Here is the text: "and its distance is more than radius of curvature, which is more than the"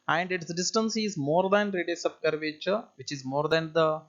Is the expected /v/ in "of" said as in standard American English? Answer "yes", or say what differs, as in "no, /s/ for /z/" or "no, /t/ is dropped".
no, /b/ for /v/